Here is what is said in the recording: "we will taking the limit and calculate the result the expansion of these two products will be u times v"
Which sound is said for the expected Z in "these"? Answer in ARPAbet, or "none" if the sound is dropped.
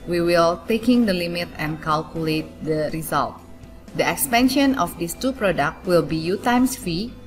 S